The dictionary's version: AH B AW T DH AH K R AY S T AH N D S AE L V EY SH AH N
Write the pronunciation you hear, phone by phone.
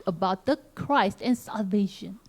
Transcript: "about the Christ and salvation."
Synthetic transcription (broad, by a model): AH B AW T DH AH K R AY S T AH N S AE L V EY SH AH N